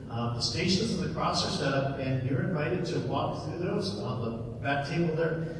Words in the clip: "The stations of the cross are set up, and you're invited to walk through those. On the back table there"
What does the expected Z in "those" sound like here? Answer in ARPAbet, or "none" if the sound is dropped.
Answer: Z